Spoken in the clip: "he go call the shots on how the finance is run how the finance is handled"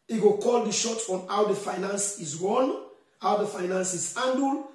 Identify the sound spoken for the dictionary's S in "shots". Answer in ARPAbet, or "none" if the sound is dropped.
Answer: none